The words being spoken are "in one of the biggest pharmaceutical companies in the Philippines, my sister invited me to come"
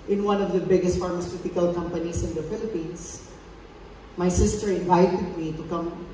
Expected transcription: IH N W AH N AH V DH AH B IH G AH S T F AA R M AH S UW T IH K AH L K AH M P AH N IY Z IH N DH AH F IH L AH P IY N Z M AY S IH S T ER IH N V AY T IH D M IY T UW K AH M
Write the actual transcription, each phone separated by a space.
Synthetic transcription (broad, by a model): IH N W AH N AH V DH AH B IH G AH S T F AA R M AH S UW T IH K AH L K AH M P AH N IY S IH N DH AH F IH L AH P IY N S M AY S IH S T ER IH N V AY T IH D M IY T UW K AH M